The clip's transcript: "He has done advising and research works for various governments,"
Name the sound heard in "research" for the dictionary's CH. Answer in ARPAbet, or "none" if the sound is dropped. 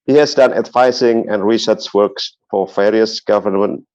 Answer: S